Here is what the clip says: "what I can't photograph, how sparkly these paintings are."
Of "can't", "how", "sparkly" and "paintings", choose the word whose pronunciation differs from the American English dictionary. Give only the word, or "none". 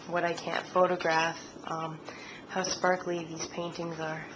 none